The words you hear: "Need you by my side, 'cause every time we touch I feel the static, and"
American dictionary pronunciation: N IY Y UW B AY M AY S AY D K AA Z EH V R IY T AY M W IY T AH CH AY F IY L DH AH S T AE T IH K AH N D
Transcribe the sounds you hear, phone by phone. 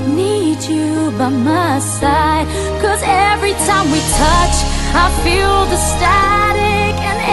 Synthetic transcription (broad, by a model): N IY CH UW B AY M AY S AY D K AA Z EH V R IY T AY M W IY T AH CH AY F IY L DH AH S T AE T IH K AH N